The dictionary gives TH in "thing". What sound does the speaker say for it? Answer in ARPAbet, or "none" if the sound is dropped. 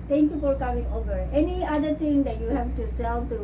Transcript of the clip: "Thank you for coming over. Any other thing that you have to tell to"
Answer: T